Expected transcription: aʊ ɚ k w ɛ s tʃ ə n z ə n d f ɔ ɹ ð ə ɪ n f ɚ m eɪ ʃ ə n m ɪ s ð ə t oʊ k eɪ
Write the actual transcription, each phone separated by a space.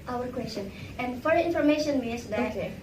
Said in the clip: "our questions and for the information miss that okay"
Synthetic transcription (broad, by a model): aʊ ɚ k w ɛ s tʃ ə n ə n d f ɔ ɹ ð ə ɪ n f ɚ m eɪ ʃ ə n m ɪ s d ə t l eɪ